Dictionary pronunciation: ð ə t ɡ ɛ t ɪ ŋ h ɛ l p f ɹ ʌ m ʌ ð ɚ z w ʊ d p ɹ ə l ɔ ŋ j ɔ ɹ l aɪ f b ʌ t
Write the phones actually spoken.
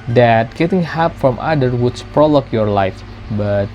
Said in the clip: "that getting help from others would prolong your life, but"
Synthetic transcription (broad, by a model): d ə t ɡ ɛ t ɪ ŋ h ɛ p f ɹ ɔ m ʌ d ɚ w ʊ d p ɹ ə l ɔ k j ɔ ɹ l aɪ f b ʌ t